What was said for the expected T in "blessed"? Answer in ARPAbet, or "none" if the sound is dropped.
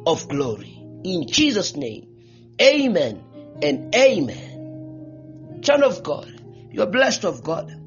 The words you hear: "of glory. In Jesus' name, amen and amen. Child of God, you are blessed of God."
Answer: T